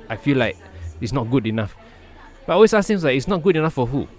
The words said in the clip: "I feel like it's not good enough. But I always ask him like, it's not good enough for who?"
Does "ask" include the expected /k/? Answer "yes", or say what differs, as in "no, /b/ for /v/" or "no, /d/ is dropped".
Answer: no, /k/ is dropped